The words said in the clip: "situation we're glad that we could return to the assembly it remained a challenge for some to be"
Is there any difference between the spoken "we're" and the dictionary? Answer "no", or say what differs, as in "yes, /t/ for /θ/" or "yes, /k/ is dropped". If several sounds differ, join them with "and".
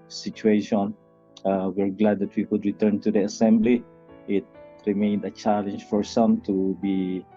no